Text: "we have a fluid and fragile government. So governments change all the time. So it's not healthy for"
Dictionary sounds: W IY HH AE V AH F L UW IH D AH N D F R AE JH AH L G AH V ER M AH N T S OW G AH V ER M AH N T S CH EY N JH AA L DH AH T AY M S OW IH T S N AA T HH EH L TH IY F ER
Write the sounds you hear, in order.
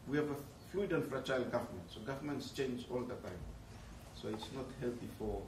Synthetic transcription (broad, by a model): W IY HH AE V AH F L UW IH D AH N F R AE CH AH L G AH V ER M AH N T S OW G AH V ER M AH N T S CH EY N JH AA L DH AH T AY M S OW IH T S N AA T HH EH L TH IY F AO